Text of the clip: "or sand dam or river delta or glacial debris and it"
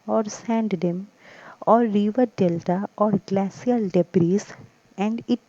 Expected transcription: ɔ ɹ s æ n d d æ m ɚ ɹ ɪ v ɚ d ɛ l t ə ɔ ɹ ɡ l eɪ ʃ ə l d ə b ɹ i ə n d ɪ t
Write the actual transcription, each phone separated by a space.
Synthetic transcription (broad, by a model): ɔ ɹ s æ n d d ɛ m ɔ ɹ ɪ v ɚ d ɛ l t ə ɔ ɹ ɡ l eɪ s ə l d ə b ɹ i ə n d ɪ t